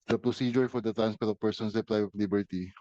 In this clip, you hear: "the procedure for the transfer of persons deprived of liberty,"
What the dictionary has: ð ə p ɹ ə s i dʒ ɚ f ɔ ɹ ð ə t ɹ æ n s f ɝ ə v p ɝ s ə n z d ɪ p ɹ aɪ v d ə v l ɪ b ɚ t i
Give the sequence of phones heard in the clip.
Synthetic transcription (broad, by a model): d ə p ɹ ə s i dʒ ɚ f ɔ ɹ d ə t ɹ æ n s p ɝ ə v p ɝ s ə n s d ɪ p l aɪ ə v l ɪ b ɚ t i